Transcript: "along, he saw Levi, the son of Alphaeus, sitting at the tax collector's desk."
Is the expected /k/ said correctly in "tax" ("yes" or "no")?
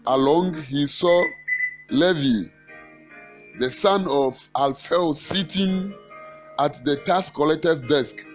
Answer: no